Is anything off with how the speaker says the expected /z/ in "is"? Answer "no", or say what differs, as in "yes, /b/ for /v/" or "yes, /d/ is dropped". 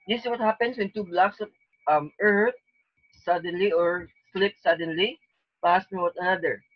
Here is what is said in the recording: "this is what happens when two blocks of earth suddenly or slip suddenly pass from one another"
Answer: yes, /s/ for /z/